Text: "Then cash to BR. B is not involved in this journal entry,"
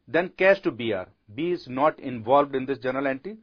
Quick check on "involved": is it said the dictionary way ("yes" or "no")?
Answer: yes